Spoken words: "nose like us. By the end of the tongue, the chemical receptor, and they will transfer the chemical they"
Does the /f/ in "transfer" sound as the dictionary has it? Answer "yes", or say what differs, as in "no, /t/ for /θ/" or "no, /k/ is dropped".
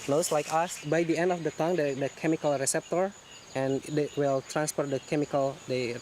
no, /p/ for /f/